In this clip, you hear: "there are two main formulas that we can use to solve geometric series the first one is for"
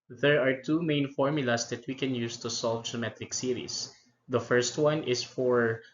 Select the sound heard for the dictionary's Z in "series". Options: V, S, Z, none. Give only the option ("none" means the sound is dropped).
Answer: S